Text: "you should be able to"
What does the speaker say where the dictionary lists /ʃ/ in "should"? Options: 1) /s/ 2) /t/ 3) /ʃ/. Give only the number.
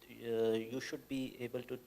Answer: 3